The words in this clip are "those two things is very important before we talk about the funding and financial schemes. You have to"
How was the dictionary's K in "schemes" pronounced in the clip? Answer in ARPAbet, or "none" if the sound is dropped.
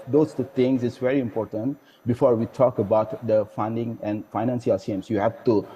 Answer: none